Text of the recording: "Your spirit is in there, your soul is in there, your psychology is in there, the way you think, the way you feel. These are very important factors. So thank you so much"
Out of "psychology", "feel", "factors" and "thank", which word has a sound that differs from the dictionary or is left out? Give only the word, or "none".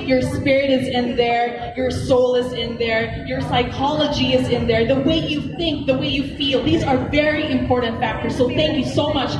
none